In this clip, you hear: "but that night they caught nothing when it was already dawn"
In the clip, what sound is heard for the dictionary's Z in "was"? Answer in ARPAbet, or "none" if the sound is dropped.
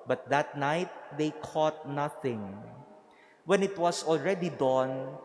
S